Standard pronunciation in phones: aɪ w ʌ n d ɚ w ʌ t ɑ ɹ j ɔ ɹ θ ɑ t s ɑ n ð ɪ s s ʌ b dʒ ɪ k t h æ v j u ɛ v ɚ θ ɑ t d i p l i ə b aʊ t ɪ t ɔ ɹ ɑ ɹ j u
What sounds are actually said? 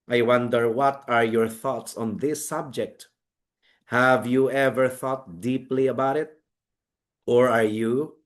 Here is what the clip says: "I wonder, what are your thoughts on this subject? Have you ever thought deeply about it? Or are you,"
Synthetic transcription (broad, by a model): aɪ w ʌ n d ɚ w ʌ t ɑ ɹ j ɔ ɹ θ ɑ t s ɑ n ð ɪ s s ʌ b dʒ ɪ k t h æ v j u ɛ v ɚ θ ɑ t d i p l i ə b aʊ t ɪ t ɔ ɹ ɑ ɹ j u